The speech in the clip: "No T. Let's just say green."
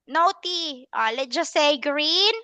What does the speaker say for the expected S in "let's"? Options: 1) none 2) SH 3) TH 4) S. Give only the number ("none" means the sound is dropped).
1